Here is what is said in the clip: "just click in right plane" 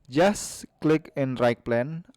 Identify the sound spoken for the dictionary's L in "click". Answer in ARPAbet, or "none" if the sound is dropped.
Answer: L